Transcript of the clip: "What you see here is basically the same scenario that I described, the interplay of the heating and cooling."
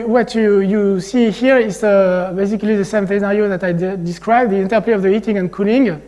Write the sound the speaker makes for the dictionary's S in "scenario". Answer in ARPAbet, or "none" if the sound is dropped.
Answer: TH